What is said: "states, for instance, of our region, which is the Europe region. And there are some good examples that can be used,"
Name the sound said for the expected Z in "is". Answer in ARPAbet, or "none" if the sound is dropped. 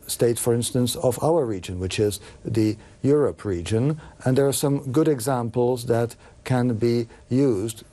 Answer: Z